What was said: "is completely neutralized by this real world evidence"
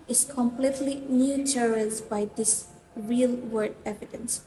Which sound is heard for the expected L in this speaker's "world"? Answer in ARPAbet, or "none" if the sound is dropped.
none